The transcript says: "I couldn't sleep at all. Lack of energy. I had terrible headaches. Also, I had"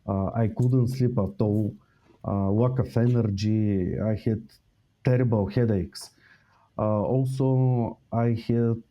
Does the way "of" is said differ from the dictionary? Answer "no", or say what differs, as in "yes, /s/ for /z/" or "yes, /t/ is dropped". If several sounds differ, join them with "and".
yes, /f/ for /v/